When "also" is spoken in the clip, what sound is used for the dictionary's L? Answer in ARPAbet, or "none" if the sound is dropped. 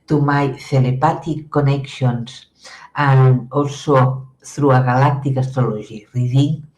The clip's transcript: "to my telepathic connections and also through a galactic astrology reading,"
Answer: none